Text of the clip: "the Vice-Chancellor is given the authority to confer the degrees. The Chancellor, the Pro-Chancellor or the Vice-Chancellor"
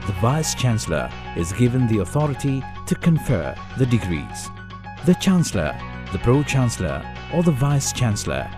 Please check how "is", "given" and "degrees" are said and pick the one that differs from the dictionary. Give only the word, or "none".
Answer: none